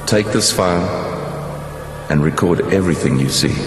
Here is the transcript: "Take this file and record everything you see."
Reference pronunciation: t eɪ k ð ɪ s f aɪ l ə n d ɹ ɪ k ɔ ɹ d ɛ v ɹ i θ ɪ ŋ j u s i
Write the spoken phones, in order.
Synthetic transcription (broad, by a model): t eɪ k ð ɪ s f aɪ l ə n ɹ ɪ k ɔ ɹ d ɛ v ɹ i θ ɪ ŋ j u s i